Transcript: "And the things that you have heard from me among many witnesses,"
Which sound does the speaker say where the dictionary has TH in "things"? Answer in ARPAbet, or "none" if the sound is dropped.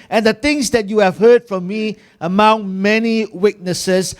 T